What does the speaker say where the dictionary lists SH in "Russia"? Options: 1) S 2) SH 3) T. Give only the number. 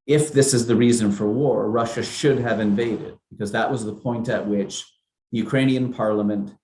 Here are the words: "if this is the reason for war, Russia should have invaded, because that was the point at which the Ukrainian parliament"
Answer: 2